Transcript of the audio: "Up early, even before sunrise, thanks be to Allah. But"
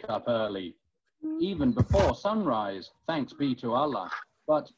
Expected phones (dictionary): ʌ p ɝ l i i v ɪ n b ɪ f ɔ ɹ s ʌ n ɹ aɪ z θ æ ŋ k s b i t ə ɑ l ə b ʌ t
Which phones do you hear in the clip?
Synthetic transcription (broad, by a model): ʌ p ɝ l i i v ɪ n b ɪ f ɔ ɹ s ʌ n ɹ aɪ z θ æ ŋ k s b i t ə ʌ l ə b ʌ t